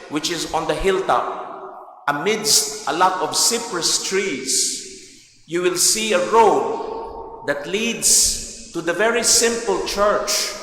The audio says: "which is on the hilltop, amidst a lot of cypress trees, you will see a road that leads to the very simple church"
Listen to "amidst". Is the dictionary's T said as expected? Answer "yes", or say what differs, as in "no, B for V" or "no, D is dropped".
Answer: yes